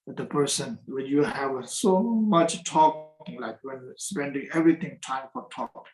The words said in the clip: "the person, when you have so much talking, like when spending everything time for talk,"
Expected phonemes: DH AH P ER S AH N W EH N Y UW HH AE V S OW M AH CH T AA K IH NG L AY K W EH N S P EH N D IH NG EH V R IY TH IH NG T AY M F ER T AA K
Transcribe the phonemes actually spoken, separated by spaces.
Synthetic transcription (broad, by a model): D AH P ER S AH N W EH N Y UW HH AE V S OW M AH CH T AA K IH NG L AY K W EH N S P EH N D IH NG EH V R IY T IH NG T AY M F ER T AA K